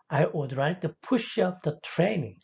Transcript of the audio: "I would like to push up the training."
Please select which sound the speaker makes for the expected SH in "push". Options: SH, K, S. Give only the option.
SH